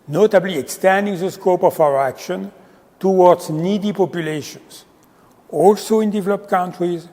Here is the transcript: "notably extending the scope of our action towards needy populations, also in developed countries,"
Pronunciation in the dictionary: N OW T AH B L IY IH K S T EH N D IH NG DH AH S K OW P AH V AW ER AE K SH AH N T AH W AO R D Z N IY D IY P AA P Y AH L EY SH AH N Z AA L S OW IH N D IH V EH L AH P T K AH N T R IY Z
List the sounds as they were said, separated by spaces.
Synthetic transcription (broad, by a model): N OW T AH B L IY IH K S T EH N D IH NG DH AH S K OW P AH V AW ER AE K SH AH N T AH W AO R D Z N IY D IY P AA P Y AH L EY SH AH N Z AA L S OW IH N D IH V EH L AH P T K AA N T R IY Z